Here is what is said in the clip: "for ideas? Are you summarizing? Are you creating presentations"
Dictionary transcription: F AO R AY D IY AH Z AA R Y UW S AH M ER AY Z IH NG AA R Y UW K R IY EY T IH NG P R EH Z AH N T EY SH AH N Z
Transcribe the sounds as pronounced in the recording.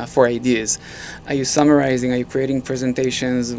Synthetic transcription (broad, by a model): F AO R AY D IY AH Z AA R Y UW S AH M ER AY Z IH NG AA R Y UW K R IY EY T IH NG P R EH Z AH N T EY SH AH N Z